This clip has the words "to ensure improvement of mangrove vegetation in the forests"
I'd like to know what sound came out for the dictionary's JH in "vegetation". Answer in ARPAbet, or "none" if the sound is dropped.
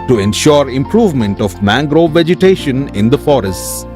JH